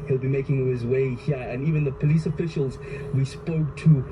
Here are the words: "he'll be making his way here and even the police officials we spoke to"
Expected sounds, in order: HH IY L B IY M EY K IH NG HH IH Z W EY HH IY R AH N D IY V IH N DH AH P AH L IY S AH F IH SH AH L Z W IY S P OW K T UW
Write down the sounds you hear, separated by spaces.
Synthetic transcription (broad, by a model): HH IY L B IY M EY K IH NG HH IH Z W EY HH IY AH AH N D IY V IH N DH AH P AH L IY S AH F IH SH AH L Z W IY S P OW K T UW